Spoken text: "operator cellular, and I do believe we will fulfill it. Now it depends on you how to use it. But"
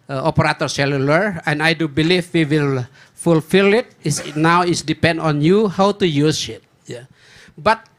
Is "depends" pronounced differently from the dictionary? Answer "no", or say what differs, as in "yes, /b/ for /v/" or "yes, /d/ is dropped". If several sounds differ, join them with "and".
yes, /z/ is dropped